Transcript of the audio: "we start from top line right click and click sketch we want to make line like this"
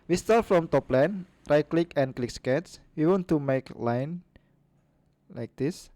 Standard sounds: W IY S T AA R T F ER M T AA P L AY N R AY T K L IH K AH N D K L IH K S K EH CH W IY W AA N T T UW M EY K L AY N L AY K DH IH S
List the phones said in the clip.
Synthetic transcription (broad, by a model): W IY S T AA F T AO M T AA P L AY N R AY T K L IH K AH N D K L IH K S K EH S W IY W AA N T T UW M EY K L AY N L AY K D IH S